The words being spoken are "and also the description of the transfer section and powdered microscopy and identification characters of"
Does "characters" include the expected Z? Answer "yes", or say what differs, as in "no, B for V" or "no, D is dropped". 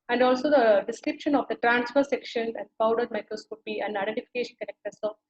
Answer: no, S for Z